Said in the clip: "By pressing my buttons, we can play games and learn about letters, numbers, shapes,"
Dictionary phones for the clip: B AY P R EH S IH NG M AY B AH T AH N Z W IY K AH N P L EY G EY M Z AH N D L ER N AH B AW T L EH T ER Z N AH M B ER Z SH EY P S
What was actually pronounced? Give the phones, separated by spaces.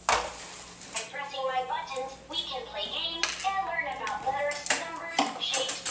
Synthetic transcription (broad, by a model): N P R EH S IH NG M AY B AH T N Z W IY K AH N P L EY G EY M Z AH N L ER N AH B AW T W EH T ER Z N AH M B ER Z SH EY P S